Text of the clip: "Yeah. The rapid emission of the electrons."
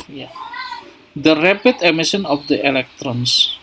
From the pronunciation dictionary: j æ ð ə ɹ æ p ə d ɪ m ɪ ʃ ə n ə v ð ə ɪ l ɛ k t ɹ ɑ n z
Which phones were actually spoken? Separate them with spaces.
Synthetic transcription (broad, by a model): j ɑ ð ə ɹ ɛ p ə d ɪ m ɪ s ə n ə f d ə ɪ l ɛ k t ɹ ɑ n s